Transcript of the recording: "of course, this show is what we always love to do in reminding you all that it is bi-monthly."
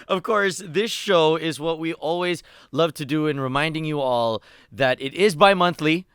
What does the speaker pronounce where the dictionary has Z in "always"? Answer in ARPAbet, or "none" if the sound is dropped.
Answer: Z